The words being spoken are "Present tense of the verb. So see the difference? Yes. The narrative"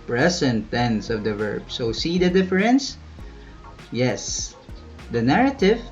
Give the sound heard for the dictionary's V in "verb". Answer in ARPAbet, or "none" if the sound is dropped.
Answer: V